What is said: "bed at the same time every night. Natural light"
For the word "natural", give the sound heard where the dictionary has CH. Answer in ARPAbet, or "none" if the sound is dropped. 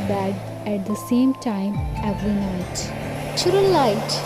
none